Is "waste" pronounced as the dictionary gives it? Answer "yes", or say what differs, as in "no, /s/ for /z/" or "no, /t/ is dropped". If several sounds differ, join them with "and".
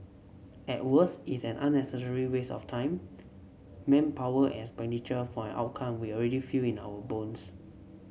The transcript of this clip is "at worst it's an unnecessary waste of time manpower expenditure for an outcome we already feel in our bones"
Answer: no, /t/ is dropped